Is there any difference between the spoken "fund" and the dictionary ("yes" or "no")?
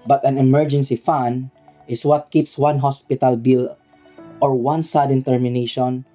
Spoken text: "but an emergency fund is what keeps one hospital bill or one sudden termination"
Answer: yes